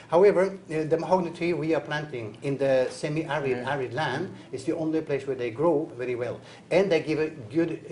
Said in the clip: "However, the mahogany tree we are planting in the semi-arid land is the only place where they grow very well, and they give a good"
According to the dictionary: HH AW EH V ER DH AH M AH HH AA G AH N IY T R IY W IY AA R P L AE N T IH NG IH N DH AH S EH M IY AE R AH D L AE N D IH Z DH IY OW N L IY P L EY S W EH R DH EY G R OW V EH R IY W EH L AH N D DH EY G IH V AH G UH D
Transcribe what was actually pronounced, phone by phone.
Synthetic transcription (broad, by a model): HH AW EH V ER DH AH M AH HH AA G N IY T IY W IY AA R P L AE N T IH NG IH N DH AH S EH M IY AE R AH D L AE N D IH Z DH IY OW N L IY P L EY S W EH R DH EY G R OW V EH R IY W EH L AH N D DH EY G IH V AH G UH D